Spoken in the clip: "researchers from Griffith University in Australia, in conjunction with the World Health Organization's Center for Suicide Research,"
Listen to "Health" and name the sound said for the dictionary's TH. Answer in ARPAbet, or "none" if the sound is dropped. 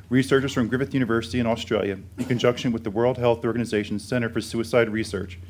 TH